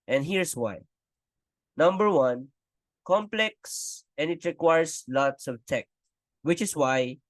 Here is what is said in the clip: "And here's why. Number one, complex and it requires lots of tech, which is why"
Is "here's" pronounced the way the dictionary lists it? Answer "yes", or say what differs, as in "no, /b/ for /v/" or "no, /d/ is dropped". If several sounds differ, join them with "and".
no, /s/ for /z/